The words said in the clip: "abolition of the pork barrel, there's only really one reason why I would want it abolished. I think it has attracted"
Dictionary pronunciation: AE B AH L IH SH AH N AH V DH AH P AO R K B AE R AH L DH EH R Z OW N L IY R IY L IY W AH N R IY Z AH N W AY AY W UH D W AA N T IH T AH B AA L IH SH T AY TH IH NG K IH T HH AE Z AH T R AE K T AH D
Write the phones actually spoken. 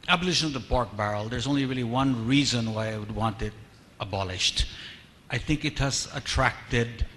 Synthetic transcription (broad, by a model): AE B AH L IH SH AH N AH V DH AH P AO R K B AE R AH L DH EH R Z OW N L IY R IY L IY W AH N R IY Z AH N W AY AY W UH D W AA N T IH T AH B AA L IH SH T AY TH IH NG K IH T HH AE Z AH T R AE K T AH D